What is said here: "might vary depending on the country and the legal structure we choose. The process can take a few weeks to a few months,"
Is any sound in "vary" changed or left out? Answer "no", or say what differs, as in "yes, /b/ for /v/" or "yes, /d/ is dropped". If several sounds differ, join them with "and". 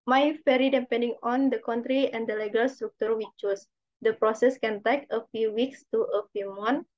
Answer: yes, /f/ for /v/